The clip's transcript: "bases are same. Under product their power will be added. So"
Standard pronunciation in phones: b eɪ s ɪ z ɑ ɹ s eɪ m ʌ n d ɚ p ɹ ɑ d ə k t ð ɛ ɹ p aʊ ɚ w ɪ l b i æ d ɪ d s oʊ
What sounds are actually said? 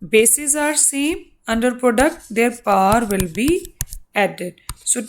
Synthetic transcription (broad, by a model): b eɪ s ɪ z ɑ ɹ s eɪ m ʌ n d ɚ p ɹ ɑ d ə k t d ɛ ɹ p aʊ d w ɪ l b i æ d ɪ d s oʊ